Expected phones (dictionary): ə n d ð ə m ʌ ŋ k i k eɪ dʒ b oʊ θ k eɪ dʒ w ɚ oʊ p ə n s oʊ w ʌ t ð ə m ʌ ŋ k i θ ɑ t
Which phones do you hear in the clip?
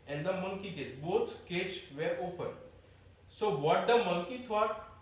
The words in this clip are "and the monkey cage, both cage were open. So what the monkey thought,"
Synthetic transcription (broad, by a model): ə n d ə m ʌ ŋ k i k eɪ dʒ b oʊ t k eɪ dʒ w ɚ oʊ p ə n s oʊ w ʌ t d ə m ʌ ŋ k i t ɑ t